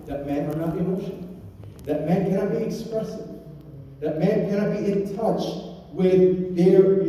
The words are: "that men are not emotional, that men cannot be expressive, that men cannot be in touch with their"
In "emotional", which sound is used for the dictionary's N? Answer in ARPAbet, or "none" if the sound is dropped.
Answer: none